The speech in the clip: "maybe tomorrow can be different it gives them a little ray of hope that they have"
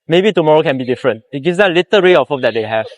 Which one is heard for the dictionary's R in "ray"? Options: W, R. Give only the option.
R